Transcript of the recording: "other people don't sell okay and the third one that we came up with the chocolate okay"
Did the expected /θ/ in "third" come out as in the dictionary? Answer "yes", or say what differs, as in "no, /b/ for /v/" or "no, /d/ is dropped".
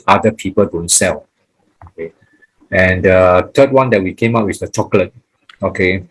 no, /t/ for /θ/